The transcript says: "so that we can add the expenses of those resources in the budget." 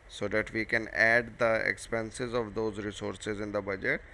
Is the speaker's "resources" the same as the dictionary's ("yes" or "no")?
yes